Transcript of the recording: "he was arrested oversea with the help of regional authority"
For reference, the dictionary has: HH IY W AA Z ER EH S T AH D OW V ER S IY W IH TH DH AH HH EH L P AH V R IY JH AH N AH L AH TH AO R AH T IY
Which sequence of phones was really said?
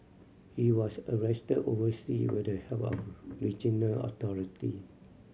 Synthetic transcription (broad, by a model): HH IY W AA S ER EH S T AH D OW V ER S IY W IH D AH HH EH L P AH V R IY JH AH N AH L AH T AO R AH T IY